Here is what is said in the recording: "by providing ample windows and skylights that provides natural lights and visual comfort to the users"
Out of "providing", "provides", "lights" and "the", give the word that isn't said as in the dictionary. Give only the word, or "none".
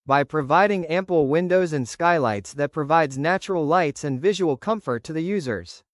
none